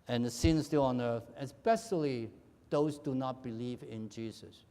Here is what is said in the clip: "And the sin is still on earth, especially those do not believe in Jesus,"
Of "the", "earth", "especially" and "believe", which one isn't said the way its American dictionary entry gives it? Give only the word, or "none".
none